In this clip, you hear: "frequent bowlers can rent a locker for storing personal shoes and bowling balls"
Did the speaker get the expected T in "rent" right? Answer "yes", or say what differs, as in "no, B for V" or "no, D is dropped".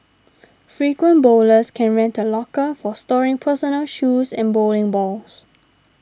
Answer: yes